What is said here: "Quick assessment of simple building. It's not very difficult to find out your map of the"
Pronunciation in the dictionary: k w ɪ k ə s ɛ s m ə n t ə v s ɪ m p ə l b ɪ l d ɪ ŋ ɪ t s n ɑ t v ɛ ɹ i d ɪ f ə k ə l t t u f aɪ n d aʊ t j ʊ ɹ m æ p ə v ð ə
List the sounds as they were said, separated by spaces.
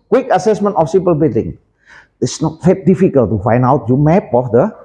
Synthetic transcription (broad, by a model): k w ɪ k ə s ɛ s m ə n t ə f s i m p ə l b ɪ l d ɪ ŋ ɪ t s n ɑ t f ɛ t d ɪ f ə k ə l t t u f aɪ n d aʊ t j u m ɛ p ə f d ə